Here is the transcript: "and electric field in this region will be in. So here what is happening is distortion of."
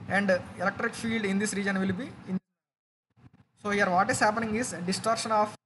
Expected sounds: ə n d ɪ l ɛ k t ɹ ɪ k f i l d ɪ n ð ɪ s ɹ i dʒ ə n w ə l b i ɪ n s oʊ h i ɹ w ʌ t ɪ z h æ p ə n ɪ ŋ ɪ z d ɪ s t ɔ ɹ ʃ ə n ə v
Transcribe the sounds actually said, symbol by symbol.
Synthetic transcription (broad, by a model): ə n d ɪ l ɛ k t ɹ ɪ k f i l d ɪ n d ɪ s ɹ i dʒ ə n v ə l b i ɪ n s oʊ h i ɹ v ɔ t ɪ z h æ p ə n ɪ ŋ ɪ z d ɪ s t ɔ ɹ ʃ ə n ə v